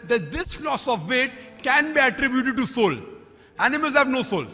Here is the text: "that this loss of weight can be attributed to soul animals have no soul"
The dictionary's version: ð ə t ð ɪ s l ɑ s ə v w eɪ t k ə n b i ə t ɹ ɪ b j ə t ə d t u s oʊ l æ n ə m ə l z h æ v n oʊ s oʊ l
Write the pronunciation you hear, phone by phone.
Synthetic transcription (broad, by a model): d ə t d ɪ s l ɑ s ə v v eɪ t k ə n b i ə t ɹ ɪ b j ə t ə d t u s oʊ l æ n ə m ə l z h æ v n oʊ s oʊ l